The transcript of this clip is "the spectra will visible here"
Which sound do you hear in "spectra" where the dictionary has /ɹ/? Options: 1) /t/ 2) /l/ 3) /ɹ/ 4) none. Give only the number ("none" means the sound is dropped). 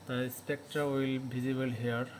3